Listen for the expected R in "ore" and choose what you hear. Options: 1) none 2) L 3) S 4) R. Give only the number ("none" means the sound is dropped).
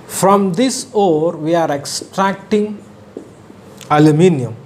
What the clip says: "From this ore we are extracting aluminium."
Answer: 4